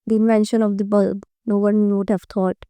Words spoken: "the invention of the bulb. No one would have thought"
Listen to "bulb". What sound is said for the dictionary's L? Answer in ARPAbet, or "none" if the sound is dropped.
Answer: L